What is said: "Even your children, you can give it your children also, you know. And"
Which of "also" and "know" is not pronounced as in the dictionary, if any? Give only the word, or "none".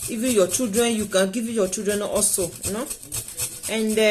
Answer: also